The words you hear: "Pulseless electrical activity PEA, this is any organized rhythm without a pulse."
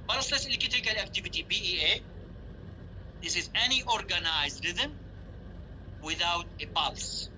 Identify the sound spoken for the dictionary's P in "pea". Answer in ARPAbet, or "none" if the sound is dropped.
B